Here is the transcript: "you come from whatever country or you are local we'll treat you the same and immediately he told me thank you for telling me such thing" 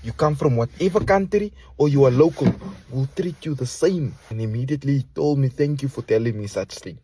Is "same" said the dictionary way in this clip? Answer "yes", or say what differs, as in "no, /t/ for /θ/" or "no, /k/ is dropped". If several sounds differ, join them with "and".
yes